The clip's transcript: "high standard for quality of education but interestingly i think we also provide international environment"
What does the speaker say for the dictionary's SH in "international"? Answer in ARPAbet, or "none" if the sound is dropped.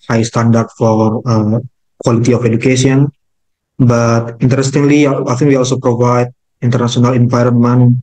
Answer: S